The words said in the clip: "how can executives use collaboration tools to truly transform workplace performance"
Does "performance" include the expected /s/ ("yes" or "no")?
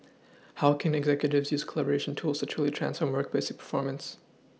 yes